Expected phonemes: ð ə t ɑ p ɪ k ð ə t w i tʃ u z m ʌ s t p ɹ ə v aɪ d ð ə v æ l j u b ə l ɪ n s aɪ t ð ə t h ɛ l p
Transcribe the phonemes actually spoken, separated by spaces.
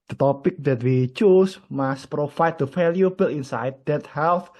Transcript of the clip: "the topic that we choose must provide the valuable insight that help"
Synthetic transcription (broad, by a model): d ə t ɑ p ɪ k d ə t w i tʃ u s m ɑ s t p ɹ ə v aɪ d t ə f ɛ l j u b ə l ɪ n s aɪ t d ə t h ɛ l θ